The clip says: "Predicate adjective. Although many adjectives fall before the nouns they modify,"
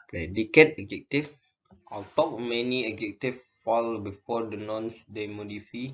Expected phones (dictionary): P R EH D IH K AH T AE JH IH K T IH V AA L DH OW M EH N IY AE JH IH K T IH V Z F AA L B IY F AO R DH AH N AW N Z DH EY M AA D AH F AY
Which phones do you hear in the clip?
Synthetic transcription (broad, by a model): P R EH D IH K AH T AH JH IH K T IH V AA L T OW M EH N IY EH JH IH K T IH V F AA L B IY F AO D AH N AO N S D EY M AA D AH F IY